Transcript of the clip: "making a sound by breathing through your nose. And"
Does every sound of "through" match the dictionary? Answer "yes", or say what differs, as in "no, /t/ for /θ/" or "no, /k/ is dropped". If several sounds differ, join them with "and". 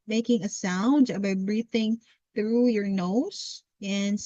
yes